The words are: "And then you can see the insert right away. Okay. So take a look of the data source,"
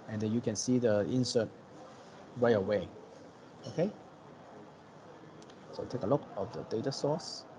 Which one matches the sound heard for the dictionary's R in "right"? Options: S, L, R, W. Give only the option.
W